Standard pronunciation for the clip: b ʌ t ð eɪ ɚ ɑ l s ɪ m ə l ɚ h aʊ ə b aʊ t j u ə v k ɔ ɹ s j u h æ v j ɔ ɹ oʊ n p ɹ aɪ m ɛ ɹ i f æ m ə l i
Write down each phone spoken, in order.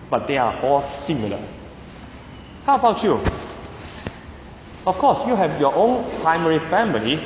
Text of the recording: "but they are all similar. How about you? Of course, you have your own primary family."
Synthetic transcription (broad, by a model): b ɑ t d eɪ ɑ ɑ l s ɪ m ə l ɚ h aʊ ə b aʊ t j u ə f k ɔ s j u h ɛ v j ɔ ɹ oʊ n p ɹ aɪ m ɛ ɹ i f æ m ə l i